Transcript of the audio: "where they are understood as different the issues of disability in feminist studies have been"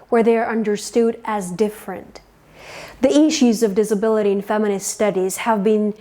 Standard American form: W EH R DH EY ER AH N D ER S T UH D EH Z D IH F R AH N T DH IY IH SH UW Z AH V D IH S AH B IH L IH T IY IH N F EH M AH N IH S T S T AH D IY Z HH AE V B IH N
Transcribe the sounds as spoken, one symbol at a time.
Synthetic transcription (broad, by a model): W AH R DH EY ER AH N D ER S T UH D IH Z D IH F R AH N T DH IY IH SH UW Z AH V D IH S AH B IH L IH T IY IH N F EH M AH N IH S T S T AH D IY Z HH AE V B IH N